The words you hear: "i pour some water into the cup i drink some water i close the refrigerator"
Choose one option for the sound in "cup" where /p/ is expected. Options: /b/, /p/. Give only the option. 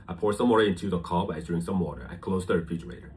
/b/